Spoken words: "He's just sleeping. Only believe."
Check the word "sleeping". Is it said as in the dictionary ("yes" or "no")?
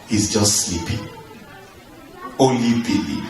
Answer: yes